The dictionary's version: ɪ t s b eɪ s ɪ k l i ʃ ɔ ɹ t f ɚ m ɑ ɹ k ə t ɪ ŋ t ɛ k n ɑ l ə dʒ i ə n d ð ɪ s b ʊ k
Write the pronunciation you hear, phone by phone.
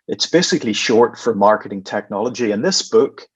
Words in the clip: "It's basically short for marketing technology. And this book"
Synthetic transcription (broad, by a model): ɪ t s b eɪ s ɪ k l i ʃ ɔ ɹ t f ɚ m ɑ ɹ k ə t ɪ ŋ t ɛ k n ɑ l ə dʒ i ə n ð ɪ s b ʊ k